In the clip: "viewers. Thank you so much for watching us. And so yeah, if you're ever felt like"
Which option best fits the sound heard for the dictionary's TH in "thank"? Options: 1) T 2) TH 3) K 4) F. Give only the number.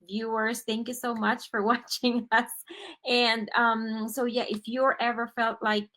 2